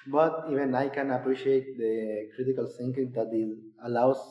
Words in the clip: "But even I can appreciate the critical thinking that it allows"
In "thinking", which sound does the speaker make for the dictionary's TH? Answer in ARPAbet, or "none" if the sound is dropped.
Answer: S